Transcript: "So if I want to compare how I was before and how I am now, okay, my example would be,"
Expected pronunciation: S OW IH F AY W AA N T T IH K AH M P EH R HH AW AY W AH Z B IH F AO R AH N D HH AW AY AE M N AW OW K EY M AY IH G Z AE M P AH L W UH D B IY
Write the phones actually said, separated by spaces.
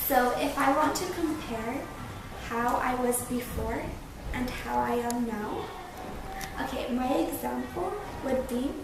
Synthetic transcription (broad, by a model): S OW IH F AY W AA N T T IH K AH M P EH R HH AW AY W AH Z B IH F AO R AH N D HH AW AY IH M N AW OW K EY M AY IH G Z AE M P L W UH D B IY